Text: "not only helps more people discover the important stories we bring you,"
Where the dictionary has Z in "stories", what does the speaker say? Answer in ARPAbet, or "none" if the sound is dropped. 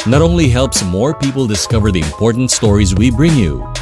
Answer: Z